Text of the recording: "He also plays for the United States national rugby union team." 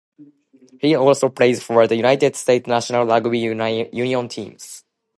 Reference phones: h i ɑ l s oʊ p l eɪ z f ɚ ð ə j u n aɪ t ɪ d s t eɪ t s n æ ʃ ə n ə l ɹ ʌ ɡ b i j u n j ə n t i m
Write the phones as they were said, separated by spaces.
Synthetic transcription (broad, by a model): h i ɑ l s oʊ p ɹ eɪ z f ɚ ð ə j u n aɪ t ɪ d s t eɪ t s n æ ʃ ə n ə l l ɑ ɡ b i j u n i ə n t i m